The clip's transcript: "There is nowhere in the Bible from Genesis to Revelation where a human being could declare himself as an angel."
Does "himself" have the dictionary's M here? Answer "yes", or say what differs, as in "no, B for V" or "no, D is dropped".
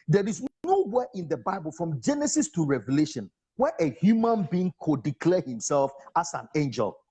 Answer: yes